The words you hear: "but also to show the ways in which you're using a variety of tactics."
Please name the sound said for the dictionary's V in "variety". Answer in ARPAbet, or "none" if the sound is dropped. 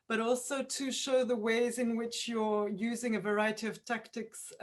V